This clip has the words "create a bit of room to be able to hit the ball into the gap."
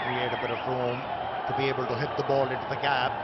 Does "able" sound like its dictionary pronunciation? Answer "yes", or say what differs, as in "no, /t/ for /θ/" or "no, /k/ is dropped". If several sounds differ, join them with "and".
yes